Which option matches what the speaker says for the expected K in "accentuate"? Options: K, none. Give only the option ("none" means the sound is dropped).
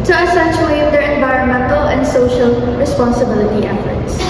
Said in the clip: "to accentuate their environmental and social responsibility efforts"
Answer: none